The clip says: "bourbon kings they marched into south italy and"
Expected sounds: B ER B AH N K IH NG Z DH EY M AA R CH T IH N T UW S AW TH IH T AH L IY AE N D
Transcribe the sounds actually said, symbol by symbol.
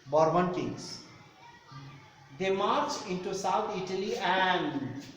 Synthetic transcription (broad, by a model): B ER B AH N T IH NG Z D EY M AA R CH IH N T UW S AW T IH T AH L IY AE N D